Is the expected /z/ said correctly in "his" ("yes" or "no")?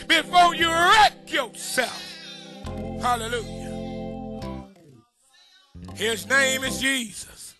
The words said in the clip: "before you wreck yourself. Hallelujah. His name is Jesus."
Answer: yes